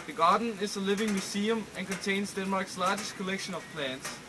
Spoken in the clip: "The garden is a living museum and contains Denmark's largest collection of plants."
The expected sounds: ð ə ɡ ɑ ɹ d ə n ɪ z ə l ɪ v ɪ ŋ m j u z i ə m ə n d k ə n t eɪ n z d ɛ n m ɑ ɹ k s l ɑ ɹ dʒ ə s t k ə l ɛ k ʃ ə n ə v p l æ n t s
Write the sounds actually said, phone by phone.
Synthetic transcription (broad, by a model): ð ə ɡ ɑ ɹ d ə n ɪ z ə l ɪ v ɪ ŋ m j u s i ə m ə n k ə n t eɪ n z d ɛ n m ɑ ɹ k s l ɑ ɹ dʒ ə s t k ə l ɛ k ʃ ə n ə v p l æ n t s